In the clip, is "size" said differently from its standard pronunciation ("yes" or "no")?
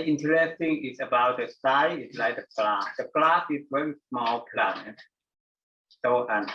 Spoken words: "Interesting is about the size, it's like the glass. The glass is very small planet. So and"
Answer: yes